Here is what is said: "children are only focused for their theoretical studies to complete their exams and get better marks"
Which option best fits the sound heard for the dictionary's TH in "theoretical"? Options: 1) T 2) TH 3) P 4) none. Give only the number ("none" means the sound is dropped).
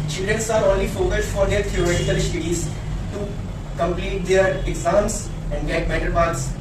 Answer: 1